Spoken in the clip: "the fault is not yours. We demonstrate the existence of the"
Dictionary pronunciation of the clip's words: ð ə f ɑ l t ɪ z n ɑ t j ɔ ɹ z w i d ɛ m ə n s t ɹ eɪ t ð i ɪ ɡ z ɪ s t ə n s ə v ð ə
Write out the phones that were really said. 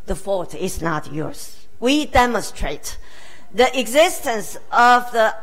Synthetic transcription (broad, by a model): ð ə f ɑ t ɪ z n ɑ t j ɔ ɹ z w i d ɛ m ə n s t ɹ eɪ t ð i ɪ ɡ z ɪ s t ə n s ə v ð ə